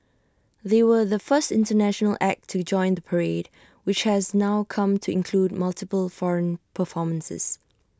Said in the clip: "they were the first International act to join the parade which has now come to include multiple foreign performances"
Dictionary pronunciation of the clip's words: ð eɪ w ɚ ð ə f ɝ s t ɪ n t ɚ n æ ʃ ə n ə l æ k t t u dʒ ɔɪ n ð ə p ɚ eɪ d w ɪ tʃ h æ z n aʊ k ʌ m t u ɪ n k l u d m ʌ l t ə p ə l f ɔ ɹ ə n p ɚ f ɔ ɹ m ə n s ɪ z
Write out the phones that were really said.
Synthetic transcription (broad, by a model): ð eɪ w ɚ ð ə f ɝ s t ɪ n t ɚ n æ ʃ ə n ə l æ k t t u dʒ ɔɪ n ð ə p ɚ eɪ d w ɪ tʃ h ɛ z n aʊ k ʌ m t u ɪ n k l u d m ʌ l t ə p ə l f ɔ ɹ ə n p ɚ f ɔ m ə n s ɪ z